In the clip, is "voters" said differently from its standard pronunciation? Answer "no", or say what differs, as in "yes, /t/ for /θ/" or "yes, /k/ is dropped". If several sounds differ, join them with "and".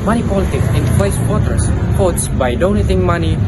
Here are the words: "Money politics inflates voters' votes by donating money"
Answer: yes, /w/ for /v/